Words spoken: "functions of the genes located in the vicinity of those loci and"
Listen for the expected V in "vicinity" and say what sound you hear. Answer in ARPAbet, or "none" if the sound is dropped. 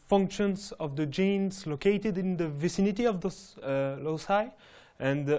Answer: V